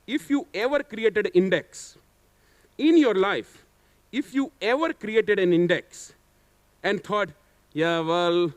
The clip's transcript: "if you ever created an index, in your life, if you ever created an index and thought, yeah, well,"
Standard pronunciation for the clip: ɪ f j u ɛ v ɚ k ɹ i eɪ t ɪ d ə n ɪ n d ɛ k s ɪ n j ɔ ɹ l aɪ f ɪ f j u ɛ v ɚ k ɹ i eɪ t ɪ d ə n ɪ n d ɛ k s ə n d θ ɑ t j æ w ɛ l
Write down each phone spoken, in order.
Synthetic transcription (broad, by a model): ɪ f j u ɛ v ɚ k ɹ i eɪ t ɪ d ɪ n d ɛ k s ɪ n j ɔ ɹ l aɪ f ɪ f j u ɛ v ɚ k ɹ i eɪ t ɪ d ə n ɪ n d ɛ k s ə n d t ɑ t j æ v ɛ l